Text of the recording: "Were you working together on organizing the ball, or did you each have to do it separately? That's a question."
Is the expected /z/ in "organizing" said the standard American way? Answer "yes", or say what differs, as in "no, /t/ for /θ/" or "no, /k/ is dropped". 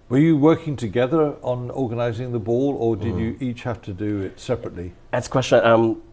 yes